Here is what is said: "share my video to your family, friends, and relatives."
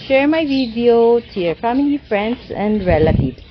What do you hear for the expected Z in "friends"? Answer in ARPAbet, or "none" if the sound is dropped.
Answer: S